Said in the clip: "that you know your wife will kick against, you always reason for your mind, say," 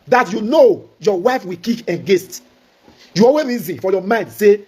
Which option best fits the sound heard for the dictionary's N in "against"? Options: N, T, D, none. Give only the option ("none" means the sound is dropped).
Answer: none